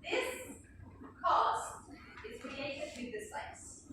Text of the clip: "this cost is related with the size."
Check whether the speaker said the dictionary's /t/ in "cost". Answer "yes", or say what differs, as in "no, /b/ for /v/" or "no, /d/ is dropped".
yes